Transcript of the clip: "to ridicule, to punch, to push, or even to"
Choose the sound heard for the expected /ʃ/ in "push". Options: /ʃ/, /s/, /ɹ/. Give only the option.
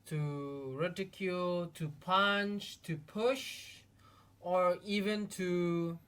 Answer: /ʃ/